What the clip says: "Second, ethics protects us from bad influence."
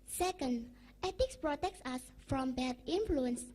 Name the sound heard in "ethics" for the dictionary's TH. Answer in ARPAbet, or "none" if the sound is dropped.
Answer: T